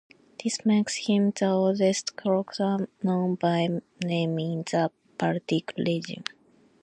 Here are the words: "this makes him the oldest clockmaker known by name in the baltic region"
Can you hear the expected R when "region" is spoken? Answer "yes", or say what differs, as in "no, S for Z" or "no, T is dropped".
no, L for R